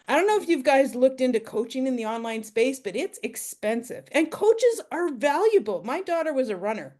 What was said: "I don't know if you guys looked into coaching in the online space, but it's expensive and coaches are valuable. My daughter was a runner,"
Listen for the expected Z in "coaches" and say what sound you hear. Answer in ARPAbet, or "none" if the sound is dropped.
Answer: Z